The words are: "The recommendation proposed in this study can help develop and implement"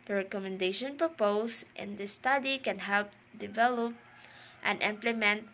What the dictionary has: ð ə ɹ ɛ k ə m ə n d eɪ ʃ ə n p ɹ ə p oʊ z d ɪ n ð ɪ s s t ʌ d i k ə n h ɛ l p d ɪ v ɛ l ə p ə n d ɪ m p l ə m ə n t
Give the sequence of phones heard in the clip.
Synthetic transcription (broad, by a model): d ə ɹ ɛ k ə m ə n d eɪ ʃ ə n p ɹ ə p oʊ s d ɪ n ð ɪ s s t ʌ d i k ə n h ɛ l p d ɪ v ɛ l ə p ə n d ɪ m p l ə m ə n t